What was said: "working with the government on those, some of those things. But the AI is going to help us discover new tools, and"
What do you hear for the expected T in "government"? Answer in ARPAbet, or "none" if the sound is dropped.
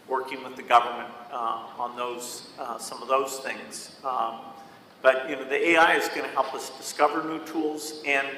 T